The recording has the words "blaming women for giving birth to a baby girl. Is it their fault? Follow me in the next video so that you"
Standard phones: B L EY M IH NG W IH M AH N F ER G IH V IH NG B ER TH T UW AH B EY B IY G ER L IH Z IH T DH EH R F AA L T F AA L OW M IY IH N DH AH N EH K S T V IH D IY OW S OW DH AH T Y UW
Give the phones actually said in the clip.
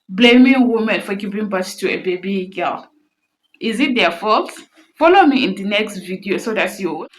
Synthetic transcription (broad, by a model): B L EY M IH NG W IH M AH N F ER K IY P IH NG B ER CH T UW AH B EY B IY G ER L IH Z IH T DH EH F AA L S F AA L OW M IY IH N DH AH N EH K S T V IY D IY OW S OW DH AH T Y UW